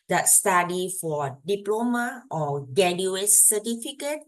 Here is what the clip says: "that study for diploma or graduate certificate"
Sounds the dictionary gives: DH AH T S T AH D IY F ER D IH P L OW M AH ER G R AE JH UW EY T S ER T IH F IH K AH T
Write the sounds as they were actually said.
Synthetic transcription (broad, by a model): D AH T S T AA D IY F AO D IH P L OW M AH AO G EH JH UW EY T S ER T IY F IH K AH T